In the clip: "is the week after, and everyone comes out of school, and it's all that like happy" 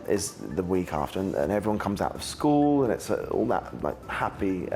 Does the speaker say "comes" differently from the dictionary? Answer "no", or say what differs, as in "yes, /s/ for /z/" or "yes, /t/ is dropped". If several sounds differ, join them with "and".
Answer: no